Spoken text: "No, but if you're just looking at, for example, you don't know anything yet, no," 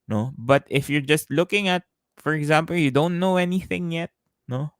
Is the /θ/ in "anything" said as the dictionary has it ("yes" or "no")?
yes